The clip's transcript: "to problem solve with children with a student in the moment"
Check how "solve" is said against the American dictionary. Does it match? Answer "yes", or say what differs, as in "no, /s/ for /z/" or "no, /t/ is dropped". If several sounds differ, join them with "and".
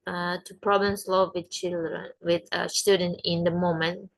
no, /l/ is dropped